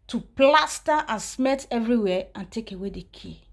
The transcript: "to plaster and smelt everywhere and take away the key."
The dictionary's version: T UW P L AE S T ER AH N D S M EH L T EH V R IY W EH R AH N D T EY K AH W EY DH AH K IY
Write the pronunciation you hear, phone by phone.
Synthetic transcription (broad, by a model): T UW P L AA S T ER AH N S M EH T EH V R IY W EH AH N T EY K AH W EY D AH K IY